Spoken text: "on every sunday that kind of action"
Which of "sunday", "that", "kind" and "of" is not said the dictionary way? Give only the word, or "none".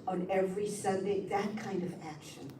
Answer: none